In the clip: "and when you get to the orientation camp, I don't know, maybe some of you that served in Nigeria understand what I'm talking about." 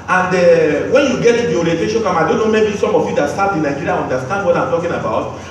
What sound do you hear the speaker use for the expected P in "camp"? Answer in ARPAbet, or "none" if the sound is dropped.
none